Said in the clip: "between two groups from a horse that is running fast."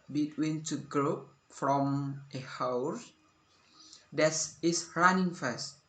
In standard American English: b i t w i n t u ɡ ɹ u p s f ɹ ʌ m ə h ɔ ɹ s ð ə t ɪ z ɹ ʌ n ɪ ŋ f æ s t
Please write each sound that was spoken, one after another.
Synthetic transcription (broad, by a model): b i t w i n t u ɡ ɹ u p f ɹ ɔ m ə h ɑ w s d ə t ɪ s ɹ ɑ n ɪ ŋ f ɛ s t